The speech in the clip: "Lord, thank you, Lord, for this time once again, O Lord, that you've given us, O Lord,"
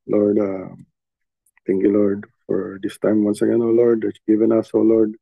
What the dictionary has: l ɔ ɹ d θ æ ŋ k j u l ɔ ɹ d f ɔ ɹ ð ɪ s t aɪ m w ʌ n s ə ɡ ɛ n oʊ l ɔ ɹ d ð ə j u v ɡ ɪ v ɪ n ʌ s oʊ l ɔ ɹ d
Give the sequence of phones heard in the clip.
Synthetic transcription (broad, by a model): l ɔ ɹ d t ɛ ŋ k j u l ɔ ɹ d f ɔ ɹ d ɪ s t aɪ m w ʌ n s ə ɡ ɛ n oʊ l ɔ ɹ d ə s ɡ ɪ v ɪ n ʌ s oʊ l ɔ ɹ d